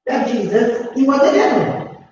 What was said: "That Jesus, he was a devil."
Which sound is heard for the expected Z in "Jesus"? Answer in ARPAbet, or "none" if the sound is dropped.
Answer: Z